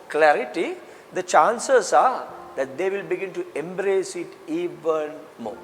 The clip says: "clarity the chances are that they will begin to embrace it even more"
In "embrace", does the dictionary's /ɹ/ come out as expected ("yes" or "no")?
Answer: yes